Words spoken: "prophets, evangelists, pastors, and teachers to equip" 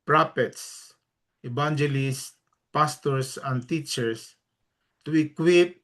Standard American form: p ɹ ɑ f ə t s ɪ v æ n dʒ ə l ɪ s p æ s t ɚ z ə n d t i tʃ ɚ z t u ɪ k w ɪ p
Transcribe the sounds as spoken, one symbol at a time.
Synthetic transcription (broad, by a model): p ɹ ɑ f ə t s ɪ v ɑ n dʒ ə l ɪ s p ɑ s t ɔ s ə n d t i tʃ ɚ s t u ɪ k w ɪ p